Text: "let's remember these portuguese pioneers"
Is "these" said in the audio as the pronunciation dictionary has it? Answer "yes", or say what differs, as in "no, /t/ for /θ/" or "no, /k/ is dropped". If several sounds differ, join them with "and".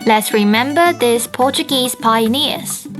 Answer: no, /s/ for /z/